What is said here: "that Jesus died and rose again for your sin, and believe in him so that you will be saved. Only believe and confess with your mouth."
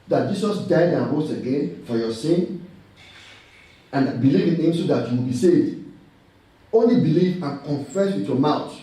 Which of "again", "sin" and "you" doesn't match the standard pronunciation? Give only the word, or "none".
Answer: none